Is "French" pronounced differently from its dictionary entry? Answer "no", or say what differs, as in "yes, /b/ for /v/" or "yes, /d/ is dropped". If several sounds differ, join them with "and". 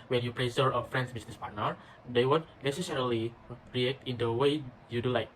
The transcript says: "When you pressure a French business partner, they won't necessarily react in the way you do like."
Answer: yes, /s/ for /tʃ/